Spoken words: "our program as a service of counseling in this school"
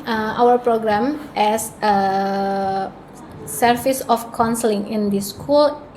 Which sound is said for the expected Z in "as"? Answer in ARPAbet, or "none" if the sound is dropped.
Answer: S